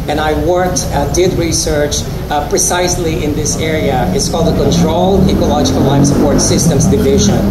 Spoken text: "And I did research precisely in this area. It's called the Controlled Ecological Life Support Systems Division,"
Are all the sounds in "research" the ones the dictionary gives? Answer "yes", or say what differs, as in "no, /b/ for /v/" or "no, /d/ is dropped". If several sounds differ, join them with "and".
yes